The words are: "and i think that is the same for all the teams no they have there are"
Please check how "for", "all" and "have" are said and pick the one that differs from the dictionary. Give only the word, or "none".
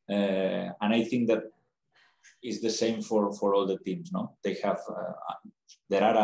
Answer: none